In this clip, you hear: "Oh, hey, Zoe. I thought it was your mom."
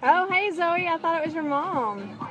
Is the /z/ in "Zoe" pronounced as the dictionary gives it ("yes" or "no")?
yes